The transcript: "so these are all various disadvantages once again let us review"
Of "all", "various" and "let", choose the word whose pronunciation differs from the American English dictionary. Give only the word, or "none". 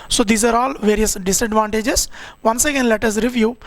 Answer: none